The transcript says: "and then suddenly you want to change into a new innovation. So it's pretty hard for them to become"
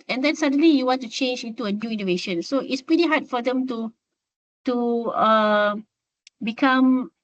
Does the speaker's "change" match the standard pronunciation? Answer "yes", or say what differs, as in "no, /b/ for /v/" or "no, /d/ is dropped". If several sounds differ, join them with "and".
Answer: yes